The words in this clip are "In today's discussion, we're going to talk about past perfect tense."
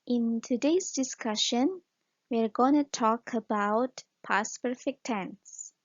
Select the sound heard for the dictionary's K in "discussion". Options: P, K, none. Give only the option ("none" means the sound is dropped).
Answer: K